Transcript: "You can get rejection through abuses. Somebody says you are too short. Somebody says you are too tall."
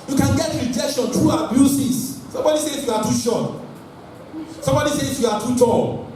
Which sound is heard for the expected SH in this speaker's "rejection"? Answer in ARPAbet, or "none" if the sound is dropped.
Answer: SH